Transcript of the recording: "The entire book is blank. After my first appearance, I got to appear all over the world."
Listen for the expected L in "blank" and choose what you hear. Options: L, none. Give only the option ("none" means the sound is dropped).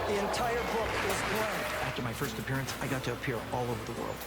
none